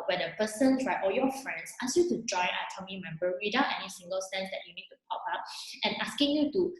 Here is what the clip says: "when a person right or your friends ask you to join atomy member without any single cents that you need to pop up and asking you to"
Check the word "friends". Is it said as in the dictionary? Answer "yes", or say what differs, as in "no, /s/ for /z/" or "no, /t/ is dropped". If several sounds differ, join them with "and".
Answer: no, /s/ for /z/